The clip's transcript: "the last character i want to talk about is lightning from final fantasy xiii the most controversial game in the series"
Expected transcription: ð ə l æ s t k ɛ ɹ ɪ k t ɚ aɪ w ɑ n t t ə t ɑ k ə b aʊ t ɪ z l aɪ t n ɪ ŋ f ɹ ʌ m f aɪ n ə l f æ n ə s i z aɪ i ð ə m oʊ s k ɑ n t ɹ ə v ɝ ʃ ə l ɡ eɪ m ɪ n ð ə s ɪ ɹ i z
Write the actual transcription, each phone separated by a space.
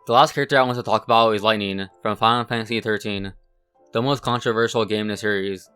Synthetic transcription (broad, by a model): ð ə l æ s t k ɛ ɹ ɪ k t ɚ aɪ w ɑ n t t ə t ɑ k ə b aʊ t ɪ z l aɪ t n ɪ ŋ f ɹ ʌ m f aɪ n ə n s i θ ə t i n ð ə m oʊ s k ɑ n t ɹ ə v ɝ ʃ l ɡ eɪ ɪ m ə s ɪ ɹ i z